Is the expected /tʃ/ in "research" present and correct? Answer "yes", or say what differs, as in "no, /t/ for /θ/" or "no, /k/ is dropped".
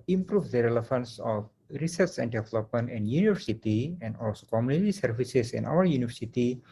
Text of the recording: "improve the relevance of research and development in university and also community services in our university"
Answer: no, /s/ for /tʃ/